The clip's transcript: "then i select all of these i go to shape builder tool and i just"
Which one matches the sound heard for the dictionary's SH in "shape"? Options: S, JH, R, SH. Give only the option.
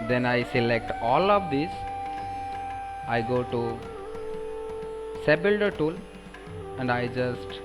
S